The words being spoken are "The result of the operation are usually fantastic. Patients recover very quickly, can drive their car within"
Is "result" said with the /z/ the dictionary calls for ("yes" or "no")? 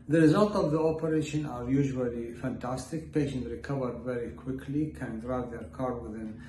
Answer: yes